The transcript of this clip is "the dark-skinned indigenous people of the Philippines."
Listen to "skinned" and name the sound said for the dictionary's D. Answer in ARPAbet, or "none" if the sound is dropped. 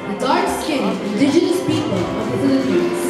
none